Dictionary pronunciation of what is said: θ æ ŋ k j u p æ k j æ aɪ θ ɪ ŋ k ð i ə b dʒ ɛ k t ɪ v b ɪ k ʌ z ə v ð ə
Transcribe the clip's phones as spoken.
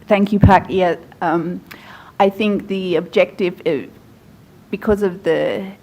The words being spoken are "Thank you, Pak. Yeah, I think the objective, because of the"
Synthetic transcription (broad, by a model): θ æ ŋ k j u p æ k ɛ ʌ aɪ θ ɪ ŋ k ð i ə b dʒ ɛ k t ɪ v b ɪ k ʌ z ə v ð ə